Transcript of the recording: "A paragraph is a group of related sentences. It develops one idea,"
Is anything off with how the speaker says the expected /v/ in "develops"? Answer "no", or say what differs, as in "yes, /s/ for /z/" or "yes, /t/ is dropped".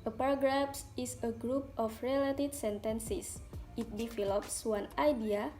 yes, /f/ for /v/